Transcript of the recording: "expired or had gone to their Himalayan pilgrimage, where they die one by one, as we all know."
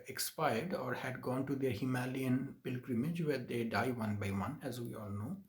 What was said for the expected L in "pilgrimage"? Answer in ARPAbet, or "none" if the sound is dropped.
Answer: L